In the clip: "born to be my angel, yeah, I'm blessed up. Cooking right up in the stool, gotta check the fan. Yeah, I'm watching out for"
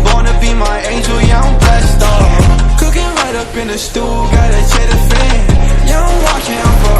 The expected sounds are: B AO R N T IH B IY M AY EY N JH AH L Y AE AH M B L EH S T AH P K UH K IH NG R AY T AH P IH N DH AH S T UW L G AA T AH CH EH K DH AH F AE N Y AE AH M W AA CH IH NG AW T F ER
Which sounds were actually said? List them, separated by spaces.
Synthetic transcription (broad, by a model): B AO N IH B IY M AY EY N JH AH L Y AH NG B EH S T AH K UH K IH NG R AY T AH P IH N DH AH S T UW L G AA T AH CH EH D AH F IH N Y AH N W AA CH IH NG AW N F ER